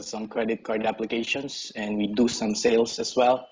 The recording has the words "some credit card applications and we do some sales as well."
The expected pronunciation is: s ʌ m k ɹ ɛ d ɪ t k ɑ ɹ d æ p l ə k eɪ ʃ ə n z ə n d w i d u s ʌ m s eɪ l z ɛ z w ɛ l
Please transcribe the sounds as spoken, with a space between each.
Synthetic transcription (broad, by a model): s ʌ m k ɹ ɛ d ɪ t k ɑ ɹ d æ p l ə k eɪ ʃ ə n s ə n d w i d u s ʌ m s eɪ l s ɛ s w ɛ l